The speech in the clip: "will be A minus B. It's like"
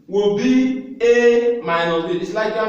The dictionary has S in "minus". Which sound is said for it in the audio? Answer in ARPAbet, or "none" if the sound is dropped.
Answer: none